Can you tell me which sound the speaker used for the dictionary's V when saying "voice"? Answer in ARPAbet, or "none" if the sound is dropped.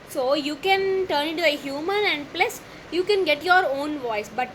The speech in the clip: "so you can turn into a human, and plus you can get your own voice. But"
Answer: V